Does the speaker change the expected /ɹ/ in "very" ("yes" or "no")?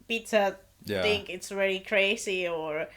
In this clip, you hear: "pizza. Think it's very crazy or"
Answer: yes